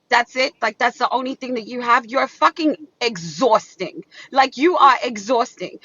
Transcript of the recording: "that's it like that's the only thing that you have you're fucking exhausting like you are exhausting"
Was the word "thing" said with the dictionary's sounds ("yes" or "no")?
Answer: yes